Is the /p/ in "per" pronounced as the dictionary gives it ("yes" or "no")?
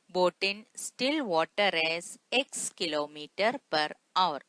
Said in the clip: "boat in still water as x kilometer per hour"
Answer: yes